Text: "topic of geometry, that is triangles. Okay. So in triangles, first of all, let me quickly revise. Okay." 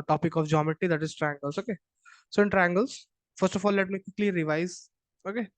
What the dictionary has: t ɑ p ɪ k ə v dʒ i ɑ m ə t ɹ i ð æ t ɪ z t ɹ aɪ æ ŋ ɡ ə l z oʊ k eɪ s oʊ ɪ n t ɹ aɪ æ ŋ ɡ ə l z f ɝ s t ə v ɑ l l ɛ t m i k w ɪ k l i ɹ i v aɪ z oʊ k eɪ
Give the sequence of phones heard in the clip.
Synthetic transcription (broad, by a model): t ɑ p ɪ k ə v dʒ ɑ m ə t i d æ t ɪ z t ɹ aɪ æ ŋ ɡ ə l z oʊ k eɪ s oʊ ɪ n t ɹ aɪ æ ŋ ɡ ə l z f ɝ s t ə f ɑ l l ɛ t m i k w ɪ k l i ɹ i v aɪ z oʊ k eɪ